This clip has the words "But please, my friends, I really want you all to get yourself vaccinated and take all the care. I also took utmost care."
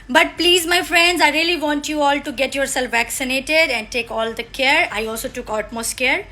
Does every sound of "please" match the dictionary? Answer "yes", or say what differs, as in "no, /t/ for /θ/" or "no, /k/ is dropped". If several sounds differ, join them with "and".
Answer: yes